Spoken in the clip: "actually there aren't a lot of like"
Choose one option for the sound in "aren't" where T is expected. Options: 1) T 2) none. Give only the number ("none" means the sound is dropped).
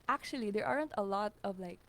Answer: 1